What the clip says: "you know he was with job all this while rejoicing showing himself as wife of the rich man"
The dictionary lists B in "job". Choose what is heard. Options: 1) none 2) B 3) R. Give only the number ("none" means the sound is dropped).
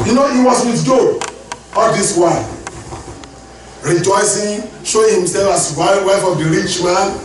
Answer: 1